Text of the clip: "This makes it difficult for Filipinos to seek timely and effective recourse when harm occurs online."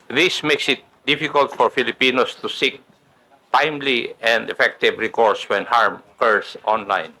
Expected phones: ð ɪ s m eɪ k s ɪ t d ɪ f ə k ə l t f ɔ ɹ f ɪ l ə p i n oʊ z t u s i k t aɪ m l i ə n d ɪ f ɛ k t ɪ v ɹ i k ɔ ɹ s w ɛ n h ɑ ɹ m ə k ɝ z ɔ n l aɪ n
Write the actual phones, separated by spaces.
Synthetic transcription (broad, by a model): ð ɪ s m eɪ k s ɪ t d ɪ f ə k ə l t f ɔ ɹ f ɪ l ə p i n oʊ s t u s i k t aɪ m l i ə n d ɪ f ɛ k t ɪ v ɹ i k ɔ ɹ s w ɛ n h ɑ ɹ m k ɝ s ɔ n l aɪ n